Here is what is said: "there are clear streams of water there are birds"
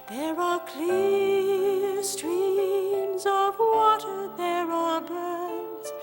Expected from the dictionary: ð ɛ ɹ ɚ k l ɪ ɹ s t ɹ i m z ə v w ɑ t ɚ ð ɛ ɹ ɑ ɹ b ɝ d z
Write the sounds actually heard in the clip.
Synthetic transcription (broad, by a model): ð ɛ ɹ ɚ k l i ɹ s t ɹ i m z ə v w ɑ t ɚ ð ɛ ɹ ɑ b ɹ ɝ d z